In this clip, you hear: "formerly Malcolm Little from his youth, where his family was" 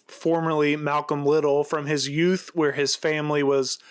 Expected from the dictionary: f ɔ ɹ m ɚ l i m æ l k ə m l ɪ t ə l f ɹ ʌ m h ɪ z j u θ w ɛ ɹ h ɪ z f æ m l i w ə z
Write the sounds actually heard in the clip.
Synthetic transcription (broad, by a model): f ɔ ɹ m ɚ l i m æ l k ə m l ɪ t l f ɹ ʌ m ɪ z j u θ w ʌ ɹ ɪ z f æ m l i w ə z